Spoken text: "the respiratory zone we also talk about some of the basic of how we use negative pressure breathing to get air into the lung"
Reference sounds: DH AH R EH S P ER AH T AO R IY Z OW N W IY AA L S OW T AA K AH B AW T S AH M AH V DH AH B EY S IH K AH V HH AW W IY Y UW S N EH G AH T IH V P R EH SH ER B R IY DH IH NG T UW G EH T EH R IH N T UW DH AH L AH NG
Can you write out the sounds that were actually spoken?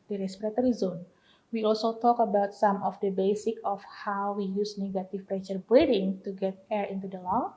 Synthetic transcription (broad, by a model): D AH R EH S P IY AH T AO R IY Z OW N W IY AA L S OW T AA K AH B AW T S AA M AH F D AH B EY S IH K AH F HH AW W IY Y UW S N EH G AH T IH F P R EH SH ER B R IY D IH NG T UW G EH T EH R IH N T UW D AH L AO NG